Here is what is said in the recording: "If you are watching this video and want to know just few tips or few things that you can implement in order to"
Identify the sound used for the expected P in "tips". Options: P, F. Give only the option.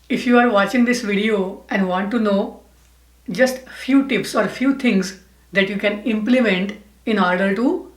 P